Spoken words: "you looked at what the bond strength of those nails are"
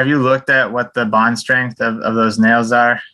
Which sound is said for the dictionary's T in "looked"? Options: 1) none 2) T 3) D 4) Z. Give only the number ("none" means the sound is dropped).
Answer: 2